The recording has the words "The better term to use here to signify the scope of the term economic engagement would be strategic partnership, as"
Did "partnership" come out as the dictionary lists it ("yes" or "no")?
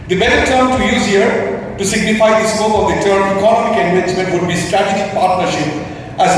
yes